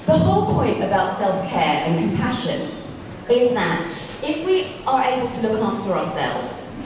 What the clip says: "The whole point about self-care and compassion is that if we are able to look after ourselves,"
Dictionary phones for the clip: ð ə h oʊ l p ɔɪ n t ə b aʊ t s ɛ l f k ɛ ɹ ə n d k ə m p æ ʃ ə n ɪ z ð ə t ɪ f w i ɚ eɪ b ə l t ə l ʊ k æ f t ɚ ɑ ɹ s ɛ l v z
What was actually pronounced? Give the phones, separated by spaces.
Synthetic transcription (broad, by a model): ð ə h oʊ l p ɔɪ n t ə b aʊ t s ɛ l f k ɛ ɹ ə n k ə m p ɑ ʃ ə n ɪ z ð ə t ɪ f w i ɚ eɪ b ə l t ə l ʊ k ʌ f t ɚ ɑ s ɛ l v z